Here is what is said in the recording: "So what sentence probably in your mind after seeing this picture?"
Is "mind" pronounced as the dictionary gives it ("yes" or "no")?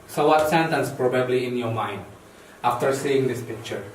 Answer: yes